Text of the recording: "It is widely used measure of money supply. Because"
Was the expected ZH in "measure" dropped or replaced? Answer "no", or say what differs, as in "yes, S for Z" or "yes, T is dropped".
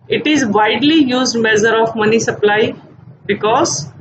yes, Z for ZH